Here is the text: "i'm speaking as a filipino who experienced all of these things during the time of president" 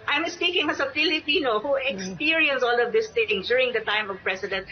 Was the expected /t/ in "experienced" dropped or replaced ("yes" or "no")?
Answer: yes